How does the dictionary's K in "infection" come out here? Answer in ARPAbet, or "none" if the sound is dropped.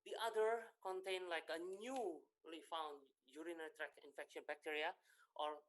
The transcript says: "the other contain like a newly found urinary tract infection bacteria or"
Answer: K